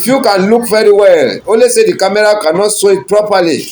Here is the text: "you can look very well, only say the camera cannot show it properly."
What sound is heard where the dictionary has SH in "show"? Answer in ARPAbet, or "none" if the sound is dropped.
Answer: S